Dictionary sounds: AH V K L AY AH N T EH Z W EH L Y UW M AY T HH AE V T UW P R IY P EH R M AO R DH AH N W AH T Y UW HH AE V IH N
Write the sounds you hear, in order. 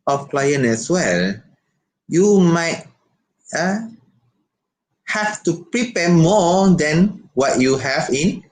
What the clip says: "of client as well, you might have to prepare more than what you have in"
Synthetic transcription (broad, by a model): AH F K L AY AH N EH S W EH L Y UW M AY T HH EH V T UW P R IY P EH M AO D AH N W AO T Y UW HH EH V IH N